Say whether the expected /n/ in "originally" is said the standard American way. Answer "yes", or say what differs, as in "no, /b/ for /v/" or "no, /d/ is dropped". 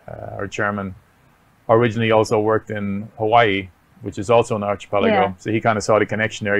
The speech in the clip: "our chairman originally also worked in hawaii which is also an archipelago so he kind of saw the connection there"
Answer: yes